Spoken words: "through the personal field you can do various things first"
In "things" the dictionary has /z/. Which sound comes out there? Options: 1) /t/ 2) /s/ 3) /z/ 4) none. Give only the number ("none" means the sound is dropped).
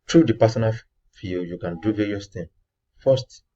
4